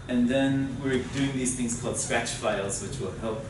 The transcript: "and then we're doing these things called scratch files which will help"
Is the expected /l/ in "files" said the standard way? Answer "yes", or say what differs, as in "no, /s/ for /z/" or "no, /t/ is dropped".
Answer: yes